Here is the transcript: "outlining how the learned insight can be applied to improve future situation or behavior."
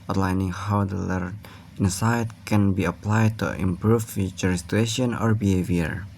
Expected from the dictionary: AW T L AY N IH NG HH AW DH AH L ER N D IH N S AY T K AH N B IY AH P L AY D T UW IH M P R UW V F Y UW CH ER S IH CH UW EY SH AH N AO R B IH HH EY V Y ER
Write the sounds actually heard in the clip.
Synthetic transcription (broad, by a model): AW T L AY N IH NG HH AW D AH L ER D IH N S AY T K AH N B IY AH P L AY D T UW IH M P R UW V F Y UW CH ER S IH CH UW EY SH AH N AO R B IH HH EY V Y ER